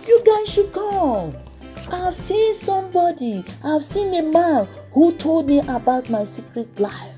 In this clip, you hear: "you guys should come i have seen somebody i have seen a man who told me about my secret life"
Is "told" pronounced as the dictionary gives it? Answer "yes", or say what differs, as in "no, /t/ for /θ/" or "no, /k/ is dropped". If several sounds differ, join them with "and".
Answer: yes